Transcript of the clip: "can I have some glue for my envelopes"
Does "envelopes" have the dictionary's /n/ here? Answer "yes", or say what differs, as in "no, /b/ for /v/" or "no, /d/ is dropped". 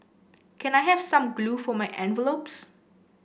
yes